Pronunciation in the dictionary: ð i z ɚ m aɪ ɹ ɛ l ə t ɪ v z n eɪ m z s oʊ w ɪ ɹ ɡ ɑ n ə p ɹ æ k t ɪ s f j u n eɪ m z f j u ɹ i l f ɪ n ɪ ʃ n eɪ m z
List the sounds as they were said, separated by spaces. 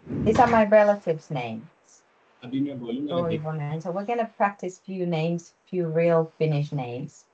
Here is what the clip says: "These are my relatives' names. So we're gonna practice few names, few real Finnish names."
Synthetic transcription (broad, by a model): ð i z ɚ m aɪ ɹ ɛ l ə t ɪ v z n eɪ m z s oʊ w ɪ ɹ ɡ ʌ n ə p ɹ æ k t ɪ s f j u n eɪ m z f j u ɹ i l f ɪ n ɪ ʃ n eɪ m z